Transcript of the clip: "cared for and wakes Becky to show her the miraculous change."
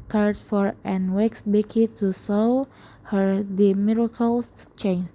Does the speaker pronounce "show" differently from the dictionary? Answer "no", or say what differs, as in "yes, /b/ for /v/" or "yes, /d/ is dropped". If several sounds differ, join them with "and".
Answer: yes, /s/ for /ʃ/